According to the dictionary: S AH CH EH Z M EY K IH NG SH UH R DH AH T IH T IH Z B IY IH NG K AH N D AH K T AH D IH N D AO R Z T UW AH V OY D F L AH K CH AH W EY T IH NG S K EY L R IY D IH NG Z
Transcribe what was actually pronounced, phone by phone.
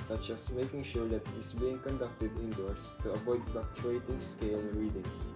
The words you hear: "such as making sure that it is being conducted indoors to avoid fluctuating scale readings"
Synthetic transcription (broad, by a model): S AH CH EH S M EY K IH NG SH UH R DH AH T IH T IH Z B IY IH NG K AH N D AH K T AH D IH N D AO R S T UW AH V OY D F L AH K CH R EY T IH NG S K EY L R IY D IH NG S